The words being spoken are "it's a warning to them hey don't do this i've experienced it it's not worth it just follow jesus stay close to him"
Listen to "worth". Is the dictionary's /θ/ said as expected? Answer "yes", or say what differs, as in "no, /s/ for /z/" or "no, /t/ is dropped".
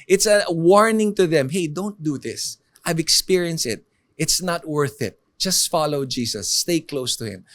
yes